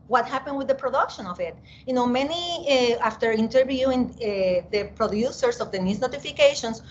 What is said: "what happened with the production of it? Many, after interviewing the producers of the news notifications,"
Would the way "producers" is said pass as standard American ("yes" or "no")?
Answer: no